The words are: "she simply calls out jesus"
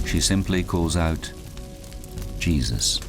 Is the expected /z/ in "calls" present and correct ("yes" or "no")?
yes